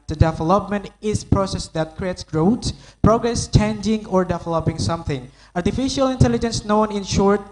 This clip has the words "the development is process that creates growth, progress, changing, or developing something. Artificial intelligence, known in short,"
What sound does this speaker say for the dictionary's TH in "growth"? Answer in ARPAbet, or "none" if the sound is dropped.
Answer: S